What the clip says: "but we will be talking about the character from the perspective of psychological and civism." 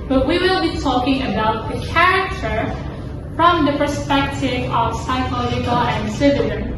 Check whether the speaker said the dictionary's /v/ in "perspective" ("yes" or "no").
yes